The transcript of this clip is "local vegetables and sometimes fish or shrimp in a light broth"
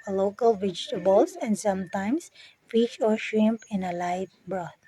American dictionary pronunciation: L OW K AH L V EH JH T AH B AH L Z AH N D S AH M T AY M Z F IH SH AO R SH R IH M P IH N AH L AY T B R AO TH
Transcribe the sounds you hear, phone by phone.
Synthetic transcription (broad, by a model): L OW K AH L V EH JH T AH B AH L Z AH N D S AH M T AY M S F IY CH AO R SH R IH M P IH N AH L AY T B R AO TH